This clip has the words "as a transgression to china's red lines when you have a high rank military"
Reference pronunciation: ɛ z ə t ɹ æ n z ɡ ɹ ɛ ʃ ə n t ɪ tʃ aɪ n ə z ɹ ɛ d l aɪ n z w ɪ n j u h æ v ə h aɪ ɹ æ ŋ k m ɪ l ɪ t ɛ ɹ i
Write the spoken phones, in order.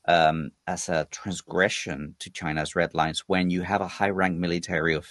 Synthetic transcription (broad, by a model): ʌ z ə t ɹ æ n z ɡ ɹ ɛ ʃ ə n t ɪ tʃ aɪ n ə z ɹ ɛ d l aɪ n z w ɪ n j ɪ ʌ v ə h aɪ ɹ æ ŋ k m ɪ l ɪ t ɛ ɹ i